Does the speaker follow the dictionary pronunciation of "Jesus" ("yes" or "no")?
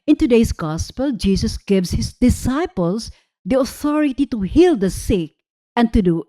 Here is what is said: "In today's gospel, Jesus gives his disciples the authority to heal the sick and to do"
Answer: no